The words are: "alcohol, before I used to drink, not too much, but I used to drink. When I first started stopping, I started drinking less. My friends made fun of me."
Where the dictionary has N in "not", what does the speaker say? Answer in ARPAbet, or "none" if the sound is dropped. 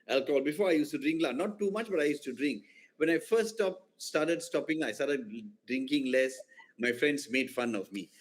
L